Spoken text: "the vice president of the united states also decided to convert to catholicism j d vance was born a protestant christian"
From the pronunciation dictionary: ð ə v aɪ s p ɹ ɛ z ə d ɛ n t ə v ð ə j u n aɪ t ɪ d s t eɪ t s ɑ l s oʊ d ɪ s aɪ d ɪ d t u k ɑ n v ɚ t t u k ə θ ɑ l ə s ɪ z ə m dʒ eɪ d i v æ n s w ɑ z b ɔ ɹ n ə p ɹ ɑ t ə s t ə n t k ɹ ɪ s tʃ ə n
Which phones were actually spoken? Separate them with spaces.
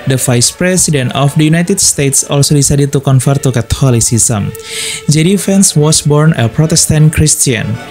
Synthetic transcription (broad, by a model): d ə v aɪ s p ɹ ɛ s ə d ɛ n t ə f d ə j u n aɪ t ɪ d s t eɪ t s ɑ l s oʊ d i s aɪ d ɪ t u k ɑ n f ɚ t t u k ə t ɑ l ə s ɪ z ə m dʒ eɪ d i f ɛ n s w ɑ s b ɔ ɹ n ə p ɹ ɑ t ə s t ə n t k ɹ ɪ s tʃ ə n